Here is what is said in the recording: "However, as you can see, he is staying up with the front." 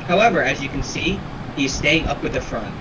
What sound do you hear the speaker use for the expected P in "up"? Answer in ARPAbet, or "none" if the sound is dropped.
P